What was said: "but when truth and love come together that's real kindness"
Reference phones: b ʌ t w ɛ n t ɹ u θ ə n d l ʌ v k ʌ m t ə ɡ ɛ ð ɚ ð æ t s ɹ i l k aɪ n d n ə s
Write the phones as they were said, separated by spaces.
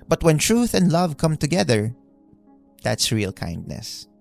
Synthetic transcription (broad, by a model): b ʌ t w ɛ n t ɹ u θ ə n d l ʌ v k ʌ m t ə ɡ ɛ ð ɚ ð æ t s ɹ i l k aɪ n d n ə s